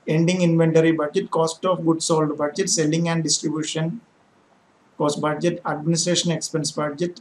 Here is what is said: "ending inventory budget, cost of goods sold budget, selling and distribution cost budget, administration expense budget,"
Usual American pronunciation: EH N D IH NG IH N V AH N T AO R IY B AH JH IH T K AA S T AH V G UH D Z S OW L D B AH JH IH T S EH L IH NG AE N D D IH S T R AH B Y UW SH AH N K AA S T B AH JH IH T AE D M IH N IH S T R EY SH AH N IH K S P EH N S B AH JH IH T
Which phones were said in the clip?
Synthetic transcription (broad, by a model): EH N D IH NG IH N V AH N T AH R IY B AH JH IH T K AA S T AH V G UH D S OW L D B AH JH IH T S EH L IH NG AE N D D IH S T R AH B Y UW SH AH N K AA S T B AH JH IH T AE D M IH N IH S T R EY SH AH N IH K S P EH N S B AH JH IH T